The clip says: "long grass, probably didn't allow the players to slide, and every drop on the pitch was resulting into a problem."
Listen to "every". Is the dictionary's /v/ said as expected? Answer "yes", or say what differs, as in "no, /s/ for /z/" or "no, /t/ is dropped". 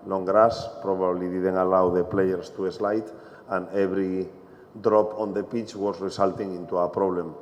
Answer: no, /b/ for /v/